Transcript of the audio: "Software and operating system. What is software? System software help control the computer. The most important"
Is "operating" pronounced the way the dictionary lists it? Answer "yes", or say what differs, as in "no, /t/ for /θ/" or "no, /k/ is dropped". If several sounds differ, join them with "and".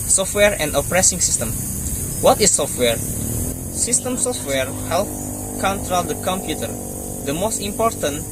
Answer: no, /s/ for /t/